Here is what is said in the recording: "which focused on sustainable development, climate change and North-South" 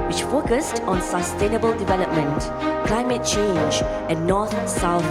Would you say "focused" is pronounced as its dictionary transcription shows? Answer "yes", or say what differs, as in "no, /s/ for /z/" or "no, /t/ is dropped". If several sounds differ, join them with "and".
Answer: yes